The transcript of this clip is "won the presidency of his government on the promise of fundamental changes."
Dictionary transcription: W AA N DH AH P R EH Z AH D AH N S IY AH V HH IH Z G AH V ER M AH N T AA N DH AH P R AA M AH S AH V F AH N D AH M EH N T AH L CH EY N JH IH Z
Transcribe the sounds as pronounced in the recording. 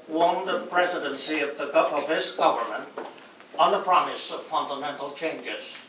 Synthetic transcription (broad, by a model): W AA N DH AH P R EH Z AH D AH N S IY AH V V IH S G AH V ER M AH N T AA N DH AH P R AA M AH S AH V F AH N D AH M EH N T L CH EY N JH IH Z